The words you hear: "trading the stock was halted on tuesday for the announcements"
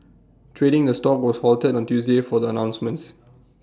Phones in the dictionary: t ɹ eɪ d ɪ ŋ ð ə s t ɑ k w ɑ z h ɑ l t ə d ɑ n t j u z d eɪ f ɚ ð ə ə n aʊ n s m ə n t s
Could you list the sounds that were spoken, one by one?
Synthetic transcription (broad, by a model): t ɹ eɪ d ɪ ŋ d ə s t ɑ k w ɑ s h ɑ l t ə d ɑ n t j u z d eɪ f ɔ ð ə ə n aʊ n s m ə n t s